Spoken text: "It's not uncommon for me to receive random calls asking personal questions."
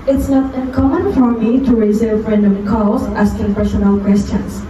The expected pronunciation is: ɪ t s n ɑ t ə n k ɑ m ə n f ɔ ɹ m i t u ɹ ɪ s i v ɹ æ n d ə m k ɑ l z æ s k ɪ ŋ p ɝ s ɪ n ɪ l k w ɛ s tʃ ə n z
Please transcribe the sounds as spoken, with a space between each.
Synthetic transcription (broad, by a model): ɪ t s n ɑ t ə n k ɑ m ə n f ɔ ɹ m i t u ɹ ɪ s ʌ f ɹ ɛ n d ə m k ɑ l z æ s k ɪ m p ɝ ʃ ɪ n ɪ l k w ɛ s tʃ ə n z